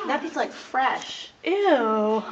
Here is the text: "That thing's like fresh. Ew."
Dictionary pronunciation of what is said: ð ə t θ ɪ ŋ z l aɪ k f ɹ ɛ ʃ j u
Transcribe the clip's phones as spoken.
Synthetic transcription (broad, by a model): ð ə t f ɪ z l aɪ k f ɹ ɛ ʃ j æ